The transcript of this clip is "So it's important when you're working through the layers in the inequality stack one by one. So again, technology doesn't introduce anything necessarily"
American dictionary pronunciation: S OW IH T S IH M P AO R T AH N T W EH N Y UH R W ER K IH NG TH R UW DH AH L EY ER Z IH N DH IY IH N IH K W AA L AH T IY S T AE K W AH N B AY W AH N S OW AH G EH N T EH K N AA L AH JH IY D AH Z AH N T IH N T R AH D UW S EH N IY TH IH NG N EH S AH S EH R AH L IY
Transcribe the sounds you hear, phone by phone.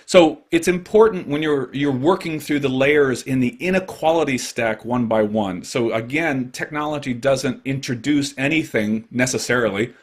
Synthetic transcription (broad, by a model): S OW IH T S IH M P AO R T N T W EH N Y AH R W ER K IH NG TH R UW DH AH L EY ER Z IH N DH IY IH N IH K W AA L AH T IY S T AE K W AH N B AY W AH N S OW AH G EH N T EH K N AA L AH JH IY D AH Z AH N T IH N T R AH D UW S EH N IY TH IH NG N EH S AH S EH R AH L IY